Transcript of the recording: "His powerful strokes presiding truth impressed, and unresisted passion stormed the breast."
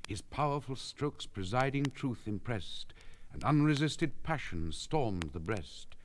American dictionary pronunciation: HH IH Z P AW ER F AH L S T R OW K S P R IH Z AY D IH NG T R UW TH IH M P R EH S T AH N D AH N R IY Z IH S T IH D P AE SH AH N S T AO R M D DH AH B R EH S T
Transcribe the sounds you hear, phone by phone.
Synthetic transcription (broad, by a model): HH IH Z P AW ER F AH L S T R OW K S P R IH Z AY D IH NG T R UW TH IH M P R EH S T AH N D AH N R IY Z IH S T IH D P AE SH AH N S T AO R M DH AH B R EH S T